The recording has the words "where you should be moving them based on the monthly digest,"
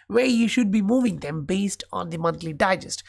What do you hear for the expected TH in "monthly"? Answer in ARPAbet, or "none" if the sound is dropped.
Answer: T